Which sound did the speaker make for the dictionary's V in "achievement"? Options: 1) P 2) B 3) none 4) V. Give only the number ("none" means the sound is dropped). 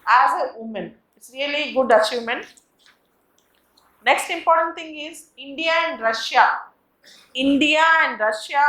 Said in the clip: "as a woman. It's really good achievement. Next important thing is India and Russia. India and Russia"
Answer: 3